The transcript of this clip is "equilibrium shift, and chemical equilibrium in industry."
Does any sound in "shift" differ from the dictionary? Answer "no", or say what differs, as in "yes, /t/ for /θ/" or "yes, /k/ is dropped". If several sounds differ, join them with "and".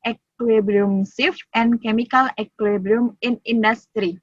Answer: yes, /s/ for /ʃ/